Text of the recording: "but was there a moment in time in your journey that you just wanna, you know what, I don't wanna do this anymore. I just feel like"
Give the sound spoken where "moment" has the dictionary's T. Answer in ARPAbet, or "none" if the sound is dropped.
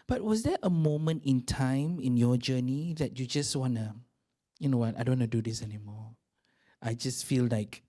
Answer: T